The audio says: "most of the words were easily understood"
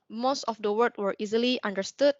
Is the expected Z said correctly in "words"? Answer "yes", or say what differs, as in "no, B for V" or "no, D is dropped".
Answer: no, Z is dropped